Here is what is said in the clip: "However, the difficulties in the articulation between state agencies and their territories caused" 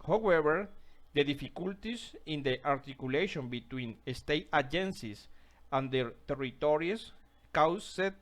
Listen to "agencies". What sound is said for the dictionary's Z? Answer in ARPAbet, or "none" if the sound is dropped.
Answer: S